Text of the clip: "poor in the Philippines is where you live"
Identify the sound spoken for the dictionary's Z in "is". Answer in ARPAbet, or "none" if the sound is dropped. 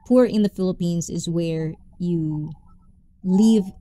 Z